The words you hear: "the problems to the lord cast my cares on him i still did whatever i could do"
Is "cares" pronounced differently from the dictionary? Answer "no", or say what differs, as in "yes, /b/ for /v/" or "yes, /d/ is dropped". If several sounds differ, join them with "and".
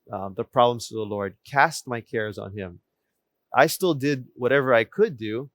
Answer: no